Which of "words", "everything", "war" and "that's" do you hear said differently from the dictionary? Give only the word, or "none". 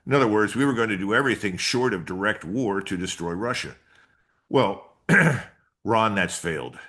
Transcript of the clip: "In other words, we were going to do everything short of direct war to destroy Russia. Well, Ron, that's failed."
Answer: none